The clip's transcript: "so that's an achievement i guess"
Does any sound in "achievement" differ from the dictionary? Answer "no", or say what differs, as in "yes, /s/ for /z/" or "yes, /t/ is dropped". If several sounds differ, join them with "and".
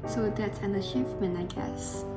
yes, /ʃ/ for /tʃ/ and /f/ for /v/ and /t/ is dropped